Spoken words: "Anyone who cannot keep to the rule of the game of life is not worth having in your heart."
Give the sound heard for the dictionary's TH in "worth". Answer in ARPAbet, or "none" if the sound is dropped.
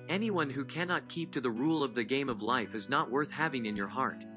TH